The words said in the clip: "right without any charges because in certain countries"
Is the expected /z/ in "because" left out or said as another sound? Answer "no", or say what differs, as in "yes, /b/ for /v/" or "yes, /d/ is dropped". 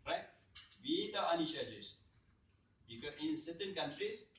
yes, /z/ is dropped